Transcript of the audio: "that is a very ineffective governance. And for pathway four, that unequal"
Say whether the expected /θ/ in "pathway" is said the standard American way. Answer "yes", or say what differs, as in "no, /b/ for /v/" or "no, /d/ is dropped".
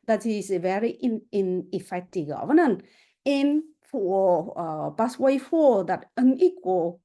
no, /s/ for /θ/